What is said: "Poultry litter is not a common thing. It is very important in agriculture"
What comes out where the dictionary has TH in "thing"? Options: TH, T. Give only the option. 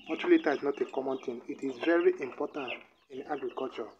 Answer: T